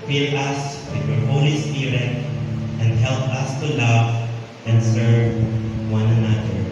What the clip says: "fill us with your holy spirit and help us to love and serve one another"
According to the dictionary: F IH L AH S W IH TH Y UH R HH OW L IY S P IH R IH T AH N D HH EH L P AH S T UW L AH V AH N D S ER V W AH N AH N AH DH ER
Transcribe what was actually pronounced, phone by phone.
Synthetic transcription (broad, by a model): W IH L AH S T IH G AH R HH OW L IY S IH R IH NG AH N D HH EH L P AH S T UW L AH V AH N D S ER V W AH N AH N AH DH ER